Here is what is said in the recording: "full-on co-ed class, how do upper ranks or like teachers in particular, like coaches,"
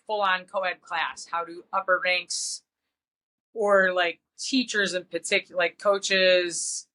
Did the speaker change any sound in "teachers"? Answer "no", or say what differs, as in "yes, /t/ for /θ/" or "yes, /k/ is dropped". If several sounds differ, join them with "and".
no